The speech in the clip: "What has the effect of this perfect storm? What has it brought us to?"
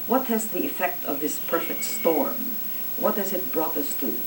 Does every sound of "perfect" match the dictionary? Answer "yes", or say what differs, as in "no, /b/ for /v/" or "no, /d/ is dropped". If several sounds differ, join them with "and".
yes